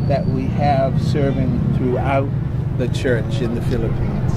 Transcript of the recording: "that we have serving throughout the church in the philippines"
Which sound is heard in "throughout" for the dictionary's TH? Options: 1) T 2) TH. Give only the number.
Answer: 2